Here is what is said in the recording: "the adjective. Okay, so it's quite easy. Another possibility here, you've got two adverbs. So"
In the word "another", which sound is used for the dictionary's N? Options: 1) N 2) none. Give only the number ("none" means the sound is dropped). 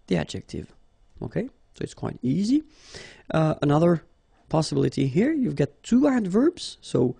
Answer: 1